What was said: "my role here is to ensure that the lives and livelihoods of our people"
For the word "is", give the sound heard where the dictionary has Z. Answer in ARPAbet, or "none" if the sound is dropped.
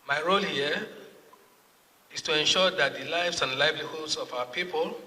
S